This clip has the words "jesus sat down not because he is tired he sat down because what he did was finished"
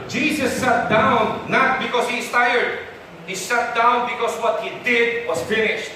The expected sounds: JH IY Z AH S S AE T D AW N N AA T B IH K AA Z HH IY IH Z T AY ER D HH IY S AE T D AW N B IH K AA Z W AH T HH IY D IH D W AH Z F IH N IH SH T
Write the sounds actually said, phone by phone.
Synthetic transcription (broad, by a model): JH IY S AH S S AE T D AW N N AA T B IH K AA S HH IY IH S T AY ER D HH IY S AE T D AW N B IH K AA S W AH T HH IY D IH D W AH S F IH N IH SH T